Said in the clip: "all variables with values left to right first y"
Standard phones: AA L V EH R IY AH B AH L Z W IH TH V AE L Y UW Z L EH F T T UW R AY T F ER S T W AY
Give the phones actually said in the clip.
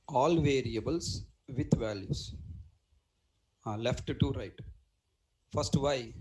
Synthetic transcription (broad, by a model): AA L V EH R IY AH B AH L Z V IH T V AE L Y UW S L EH F T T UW R AY T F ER S T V AY